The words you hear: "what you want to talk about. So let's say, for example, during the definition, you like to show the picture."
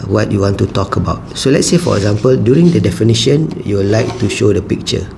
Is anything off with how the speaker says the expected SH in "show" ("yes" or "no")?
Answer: no